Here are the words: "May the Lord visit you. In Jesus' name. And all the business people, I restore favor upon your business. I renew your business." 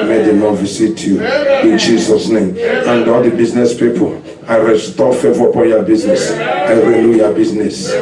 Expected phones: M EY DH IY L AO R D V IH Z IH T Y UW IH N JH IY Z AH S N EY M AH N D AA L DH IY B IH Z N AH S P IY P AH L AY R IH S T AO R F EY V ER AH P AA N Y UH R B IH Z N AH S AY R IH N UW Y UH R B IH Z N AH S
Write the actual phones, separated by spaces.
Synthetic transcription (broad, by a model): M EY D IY N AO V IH S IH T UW IH N JH IY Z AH S N EY M AH N D AA L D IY B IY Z N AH S P IY P AH L AY R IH S T AO F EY V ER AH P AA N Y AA B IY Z N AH S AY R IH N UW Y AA B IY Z N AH S